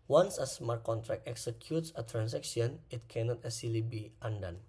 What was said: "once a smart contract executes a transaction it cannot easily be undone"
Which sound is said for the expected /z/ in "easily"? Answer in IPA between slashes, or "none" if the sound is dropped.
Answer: /s/